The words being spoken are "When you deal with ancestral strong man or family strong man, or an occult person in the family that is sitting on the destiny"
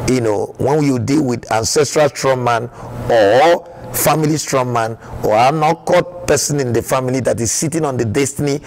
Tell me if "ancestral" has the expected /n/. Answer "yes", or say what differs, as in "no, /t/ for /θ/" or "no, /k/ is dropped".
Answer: yes